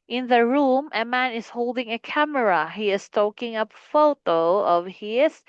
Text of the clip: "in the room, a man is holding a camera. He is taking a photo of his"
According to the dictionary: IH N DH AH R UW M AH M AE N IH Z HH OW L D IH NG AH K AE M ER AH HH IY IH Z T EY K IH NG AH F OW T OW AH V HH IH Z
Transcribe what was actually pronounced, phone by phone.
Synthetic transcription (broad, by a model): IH N DH AH R UW M AH M AE N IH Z HH OW L D IH NG AH K AE M ER AH HH IY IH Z T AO K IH NG AH F OW T OW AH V HH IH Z